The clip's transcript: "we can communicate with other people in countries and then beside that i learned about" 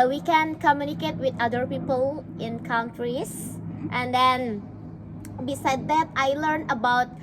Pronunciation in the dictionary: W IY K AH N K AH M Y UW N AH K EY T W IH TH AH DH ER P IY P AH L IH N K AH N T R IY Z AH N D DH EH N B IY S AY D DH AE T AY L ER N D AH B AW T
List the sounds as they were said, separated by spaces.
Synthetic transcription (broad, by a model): W IY K AH N K AH M Y UW N AH K EY T W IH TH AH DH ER P IY P AH L IH N K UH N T R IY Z AH N D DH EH N B IY S AY D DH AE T AY L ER N AH B AW T